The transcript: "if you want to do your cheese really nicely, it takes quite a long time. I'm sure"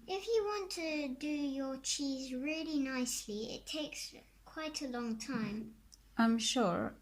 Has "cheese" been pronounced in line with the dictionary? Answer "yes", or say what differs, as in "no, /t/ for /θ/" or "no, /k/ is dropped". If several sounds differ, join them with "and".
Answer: yes